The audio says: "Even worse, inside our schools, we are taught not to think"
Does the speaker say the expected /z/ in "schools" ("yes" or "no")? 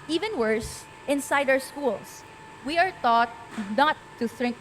no